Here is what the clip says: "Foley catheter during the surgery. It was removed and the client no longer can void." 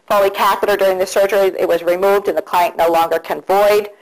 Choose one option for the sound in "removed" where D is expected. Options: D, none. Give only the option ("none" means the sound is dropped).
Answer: D